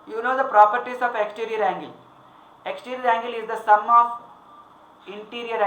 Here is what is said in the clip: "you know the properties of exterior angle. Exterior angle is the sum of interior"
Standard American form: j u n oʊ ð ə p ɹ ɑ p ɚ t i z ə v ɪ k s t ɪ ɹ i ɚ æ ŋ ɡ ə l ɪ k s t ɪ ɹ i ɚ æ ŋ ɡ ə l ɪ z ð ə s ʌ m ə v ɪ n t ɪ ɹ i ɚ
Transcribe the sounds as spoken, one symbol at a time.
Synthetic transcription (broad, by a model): j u n oʊ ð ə p ɹ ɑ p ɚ t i s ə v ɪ k s t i ɹ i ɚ æ ŋ ɡ ə l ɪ k s t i ɹ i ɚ æ ŋ ɡ ə l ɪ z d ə s ʌ m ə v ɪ n t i ɹ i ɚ